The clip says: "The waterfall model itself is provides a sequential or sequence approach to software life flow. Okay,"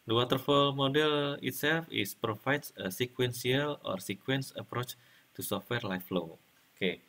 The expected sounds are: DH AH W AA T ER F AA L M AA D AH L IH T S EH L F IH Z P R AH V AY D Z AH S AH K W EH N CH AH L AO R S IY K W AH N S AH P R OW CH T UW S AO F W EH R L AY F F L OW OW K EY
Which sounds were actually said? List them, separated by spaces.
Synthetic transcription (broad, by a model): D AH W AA T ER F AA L M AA D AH L IH T S EH L F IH S P R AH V AY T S AH S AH K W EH N S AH L AO R S IY K W AH N S AH P R OW CH T UW S AO F W EH R L AY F F L OW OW K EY